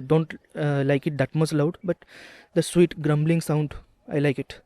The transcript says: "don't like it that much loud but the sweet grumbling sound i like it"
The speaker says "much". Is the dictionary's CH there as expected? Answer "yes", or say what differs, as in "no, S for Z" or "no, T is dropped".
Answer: no, S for CH